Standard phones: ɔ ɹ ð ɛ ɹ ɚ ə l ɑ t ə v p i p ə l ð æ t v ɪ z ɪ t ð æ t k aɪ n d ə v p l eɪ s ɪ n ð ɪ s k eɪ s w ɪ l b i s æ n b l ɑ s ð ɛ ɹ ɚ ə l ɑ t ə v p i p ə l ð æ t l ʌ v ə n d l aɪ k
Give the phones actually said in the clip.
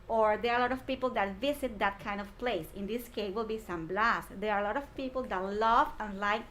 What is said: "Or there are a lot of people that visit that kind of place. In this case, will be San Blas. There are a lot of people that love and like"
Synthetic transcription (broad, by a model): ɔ ɹ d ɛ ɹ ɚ ə l ɑ t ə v p i p ə l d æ t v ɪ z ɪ t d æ t k aɪ n d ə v p l eɪ s ɪ n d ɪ s k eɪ w ɪ l b i s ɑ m b l ɑ s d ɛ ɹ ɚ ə l ɑ t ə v p i p ə l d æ t l ʌ v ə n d l aɪ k